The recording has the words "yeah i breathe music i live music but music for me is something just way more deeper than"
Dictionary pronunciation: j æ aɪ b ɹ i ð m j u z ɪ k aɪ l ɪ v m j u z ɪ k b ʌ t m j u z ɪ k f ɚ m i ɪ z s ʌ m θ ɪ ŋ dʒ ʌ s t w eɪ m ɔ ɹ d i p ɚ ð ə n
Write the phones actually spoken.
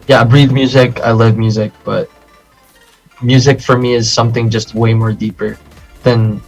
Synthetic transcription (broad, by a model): j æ aɪ b ɹ i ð m j u z ɪ k aɪ l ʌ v m j u z ɪ k b ʌ t m j u z ɪ k f ɚ m i ɪ z s ʌ m θ ɪ ŋ dʒ ʌ s t w eɪ m ɔ ɹ d i p ɚ ð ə n